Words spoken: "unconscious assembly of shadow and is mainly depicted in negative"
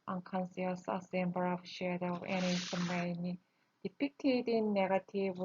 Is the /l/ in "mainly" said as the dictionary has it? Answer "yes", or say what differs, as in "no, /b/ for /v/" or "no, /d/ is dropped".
no, /l/ is dropped